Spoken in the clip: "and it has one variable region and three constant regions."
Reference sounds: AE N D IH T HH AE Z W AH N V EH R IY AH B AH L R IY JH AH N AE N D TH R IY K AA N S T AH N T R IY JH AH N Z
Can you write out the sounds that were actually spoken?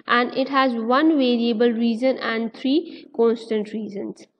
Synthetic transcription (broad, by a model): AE N D IH T HH AE Z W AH N V EH R IY AH B AH L R IY Z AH N AE N D T R IY K AA N S T AH N T R IY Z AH N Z